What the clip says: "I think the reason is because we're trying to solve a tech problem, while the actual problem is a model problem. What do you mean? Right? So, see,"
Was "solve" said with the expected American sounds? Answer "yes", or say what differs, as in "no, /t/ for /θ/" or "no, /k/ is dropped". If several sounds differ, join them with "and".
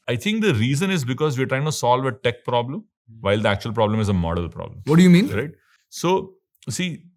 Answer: yes